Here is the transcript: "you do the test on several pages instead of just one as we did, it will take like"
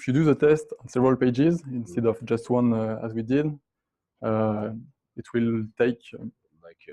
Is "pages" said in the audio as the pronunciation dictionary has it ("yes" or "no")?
yes